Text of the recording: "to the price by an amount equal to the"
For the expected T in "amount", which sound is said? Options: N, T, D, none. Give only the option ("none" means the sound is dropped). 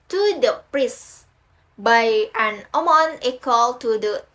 none